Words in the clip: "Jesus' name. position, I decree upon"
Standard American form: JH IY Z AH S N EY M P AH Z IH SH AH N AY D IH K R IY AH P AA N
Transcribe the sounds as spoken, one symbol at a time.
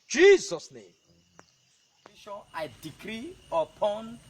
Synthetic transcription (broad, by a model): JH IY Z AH S N EY M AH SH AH AY D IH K R IY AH P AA N